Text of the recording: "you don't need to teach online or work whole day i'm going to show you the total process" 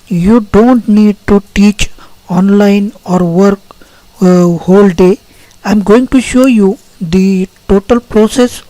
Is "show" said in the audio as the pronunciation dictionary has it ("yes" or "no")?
yes